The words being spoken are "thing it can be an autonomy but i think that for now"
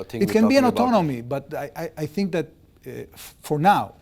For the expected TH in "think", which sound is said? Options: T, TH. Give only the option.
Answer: TH